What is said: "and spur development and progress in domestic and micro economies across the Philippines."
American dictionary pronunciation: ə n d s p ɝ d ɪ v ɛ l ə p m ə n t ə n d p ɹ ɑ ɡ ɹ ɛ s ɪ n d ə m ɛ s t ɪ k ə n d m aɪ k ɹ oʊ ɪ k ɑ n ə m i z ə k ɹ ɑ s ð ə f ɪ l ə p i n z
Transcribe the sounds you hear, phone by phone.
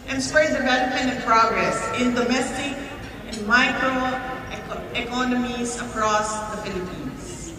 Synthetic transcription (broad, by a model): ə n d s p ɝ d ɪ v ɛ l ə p ə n ə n p ɹ ɑ ɡ ɹ ɛ s ɪ n d ə m ɛ s t ɪ k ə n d m aɪ k ɹ oʊ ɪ k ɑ n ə m i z ə k ɹ ɑ s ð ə f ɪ l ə p i n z